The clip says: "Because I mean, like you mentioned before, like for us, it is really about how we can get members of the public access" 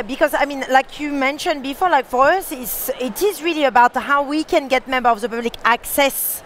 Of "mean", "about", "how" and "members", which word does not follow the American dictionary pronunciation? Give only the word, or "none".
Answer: members